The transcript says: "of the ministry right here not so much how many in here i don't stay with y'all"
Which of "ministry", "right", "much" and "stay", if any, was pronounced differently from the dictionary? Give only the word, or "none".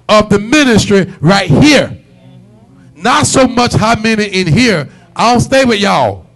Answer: none